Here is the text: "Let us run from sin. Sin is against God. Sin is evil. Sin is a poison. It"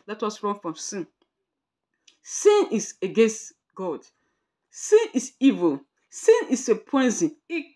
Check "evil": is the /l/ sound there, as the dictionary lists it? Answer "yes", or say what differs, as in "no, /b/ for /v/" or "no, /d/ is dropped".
yes